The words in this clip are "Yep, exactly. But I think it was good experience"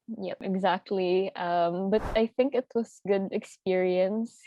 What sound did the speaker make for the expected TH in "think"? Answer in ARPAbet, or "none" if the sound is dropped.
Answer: TH